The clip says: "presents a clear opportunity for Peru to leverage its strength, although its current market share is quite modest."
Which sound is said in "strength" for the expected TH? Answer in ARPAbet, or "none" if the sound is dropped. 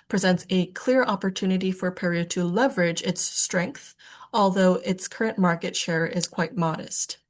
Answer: TH